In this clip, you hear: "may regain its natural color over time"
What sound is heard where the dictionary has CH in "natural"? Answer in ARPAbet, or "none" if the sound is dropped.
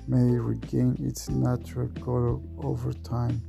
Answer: CH